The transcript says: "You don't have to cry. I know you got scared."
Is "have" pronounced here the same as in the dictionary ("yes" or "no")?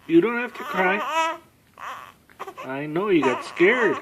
no